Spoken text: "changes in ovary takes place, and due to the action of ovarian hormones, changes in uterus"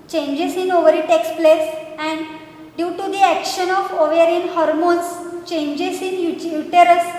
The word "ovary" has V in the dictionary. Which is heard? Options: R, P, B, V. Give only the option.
V